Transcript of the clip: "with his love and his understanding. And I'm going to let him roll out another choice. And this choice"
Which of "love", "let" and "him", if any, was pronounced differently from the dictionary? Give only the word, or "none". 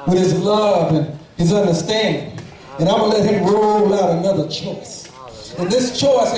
none